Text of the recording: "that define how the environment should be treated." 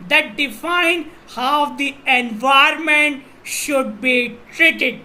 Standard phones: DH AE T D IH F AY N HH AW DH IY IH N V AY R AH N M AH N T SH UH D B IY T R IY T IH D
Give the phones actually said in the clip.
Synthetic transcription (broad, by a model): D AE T D IH F AY N HH AW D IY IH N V AY AH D M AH N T SH UH D B IY T R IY T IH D